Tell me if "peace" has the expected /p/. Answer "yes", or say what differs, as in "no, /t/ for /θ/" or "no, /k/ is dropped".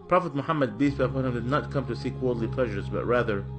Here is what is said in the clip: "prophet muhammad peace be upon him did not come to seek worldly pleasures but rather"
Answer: no, /b/ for /p/